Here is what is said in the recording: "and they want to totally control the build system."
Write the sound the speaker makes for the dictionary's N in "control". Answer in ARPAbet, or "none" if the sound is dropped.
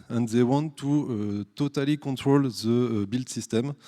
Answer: none